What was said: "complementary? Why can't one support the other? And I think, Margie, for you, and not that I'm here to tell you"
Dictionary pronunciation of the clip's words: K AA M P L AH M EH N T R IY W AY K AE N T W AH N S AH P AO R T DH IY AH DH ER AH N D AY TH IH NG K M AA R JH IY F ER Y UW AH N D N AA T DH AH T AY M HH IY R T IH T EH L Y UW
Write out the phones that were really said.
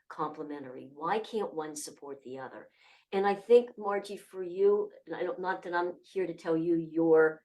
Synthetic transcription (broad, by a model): K AA M P L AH M EH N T R IY W AY K AE N T W AH N S AH P AO R T DH IY AH DH ER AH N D AY TH IH NG K M AA R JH IY F ER Y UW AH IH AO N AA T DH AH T AY M HH IY R T IH T EH L Y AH